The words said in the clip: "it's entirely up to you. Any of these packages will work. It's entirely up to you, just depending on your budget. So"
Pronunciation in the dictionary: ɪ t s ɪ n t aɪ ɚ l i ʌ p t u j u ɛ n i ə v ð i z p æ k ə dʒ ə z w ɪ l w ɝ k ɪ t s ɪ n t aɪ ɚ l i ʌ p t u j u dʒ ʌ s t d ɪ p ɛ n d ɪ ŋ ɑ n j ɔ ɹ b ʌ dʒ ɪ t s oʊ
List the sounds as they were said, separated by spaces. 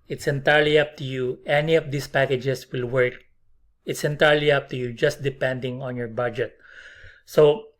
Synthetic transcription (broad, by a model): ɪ t s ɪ n t aɪ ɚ l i ʌ p t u j u ɛ n i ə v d i s p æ k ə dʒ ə s w ɪ l w ɝ k ɪ t s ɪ n t aɪ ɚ l i ʌ p t u j u dʒ ʌ s t d ɪ p ɛ n d ɪ ŋ ɑ n j ɔ ɹ b ʌ dʒ ɪ t s oʊ